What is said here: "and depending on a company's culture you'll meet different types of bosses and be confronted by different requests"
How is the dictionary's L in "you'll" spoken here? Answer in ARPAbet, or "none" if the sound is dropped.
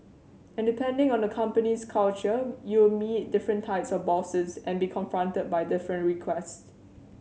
W